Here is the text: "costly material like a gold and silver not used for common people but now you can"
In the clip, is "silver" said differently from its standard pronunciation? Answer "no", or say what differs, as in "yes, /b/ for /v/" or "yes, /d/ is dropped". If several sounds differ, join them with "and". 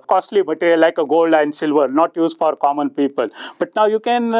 no